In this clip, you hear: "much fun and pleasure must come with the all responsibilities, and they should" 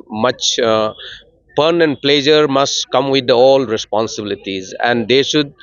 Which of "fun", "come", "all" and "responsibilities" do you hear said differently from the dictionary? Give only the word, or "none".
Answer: fun